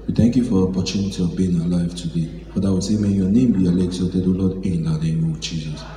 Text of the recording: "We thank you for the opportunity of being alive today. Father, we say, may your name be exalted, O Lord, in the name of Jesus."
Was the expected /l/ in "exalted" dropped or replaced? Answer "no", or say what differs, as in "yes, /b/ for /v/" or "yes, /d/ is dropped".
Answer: yes, /l/ is dropped